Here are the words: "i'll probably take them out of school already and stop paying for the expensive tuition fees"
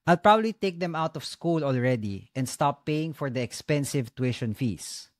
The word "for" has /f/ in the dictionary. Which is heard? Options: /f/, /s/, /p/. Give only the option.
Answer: /f/